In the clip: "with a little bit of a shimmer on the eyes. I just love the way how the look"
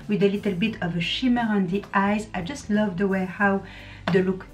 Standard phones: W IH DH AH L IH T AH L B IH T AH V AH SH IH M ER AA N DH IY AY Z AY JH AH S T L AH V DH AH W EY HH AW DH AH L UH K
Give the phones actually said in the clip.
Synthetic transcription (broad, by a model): W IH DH AH L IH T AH L B IH T AH V AH SH IH M ER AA N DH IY AY Z AY JH AH S T L AH V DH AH W EY HH AW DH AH L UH K